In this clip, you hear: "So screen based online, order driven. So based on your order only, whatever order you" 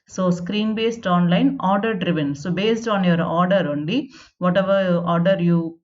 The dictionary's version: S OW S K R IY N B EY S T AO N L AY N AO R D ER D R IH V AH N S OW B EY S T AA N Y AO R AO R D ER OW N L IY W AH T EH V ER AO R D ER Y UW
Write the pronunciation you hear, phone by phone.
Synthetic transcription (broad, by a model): S OW S K R IY N B EY S T AO N L AY N AO R D ER D R IH V AH N S OW B EY S T AA N Y AO R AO R D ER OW N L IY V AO T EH V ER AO R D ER Y UW